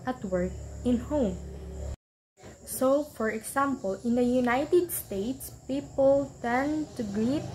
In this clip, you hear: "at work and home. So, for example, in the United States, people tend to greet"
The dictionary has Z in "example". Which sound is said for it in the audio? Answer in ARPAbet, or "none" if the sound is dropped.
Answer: S